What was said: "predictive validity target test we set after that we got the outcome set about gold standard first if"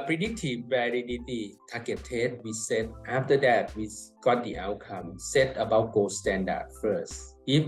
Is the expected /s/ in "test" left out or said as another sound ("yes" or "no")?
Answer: yes